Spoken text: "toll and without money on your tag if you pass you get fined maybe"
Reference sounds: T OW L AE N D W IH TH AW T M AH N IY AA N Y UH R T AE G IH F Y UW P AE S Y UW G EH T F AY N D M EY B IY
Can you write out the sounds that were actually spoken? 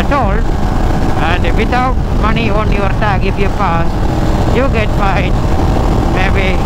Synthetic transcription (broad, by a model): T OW L AE N D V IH T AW T M AH N IY AA N Y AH R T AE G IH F Y UW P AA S Y UW G EH T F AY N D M EY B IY